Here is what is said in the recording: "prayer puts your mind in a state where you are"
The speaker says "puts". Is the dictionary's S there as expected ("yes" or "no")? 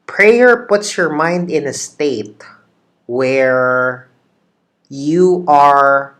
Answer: yes